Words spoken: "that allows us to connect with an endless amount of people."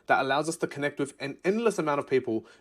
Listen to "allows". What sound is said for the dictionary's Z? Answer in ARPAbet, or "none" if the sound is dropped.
Z